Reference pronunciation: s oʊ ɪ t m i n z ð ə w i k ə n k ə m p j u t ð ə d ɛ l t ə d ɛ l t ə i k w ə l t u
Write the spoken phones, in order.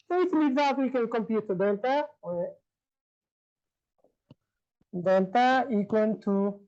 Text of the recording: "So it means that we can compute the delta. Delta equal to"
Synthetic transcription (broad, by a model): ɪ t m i z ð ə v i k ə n k ə m p j u t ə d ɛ n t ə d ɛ n t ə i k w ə n t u